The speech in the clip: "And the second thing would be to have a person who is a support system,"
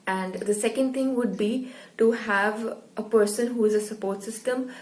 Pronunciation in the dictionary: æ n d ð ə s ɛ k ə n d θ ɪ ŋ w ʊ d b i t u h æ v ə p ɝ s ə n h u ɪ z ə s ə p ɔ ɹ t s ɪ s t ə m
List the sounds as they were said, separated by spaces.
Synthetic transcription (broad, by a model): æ n d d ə s ɛ k ə n d t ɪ ŋ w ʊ d b i t u h æ v ə p ɝ s ə n h u ɪ z ə s ə p ɔ ɹ t s ɪ s t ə m